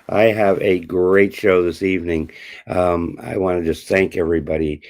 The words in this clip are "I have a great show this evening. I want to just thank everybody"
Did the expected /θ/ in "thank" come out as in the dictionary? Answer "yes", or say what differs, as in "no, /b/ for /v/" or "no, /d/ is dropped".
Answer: yes